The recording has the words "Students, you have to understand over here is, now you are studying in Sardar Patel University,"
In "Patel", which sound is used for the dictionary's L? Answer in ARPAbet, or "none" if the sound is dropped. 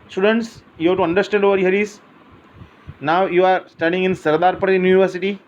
N